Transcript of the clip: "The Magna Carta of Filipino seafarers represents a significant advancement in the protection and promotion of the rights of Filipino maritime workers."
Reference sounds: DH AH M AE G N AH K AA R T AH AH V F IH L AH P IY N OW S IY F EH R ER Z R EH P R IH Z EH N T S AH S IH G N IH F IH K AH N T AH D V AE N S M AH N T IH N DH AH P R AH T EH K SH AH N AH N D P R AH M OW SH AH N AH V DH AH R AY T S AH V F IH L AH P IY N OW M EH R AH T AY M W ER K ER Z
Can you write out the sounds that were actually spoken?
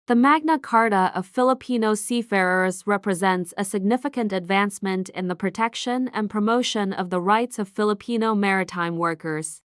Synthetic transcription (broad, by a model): DH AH M AE G N AH K AA R T AH AH V F IH L AH P IY N OW S IY F EH R ER Z R EH P R IH Z EH N T S AH S IH G N IH F IH K AH N T AH D V AE N S M AH N T IH N DH AH P R AH T EH K SH AH N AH N P R AH M OW SH AH N AH V DH AH R AY T S AH V F IH L AH P IY N OW M EH R AH T AY M W ER K ER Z